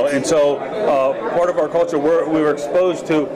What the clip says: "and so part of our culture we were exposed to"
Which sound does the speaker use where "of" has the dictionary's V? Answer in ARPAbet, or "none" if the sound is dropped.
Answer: V